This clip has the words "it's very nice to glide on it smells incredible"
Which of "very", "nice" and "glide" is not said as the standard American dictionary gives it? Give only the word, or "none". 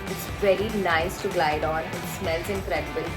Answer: none